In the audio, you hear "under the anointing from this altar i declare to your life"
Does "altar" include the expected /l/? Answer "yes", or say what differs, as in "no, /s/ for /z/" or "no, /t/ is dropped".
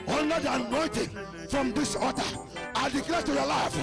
no, /l/ is dropped